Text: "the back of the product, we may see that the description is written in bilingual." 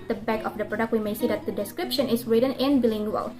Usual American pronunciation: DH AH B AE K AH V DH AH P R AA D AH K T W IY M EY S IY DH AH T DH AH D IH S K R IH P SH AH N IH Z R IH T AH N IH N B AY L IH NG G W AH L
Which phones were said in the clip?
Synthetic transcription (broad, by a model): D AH B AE K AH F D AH P R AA D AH K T W IY M EY S IY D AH T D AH D IH S K R IH P SH AH N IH S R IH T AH N IH N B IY L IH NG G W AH L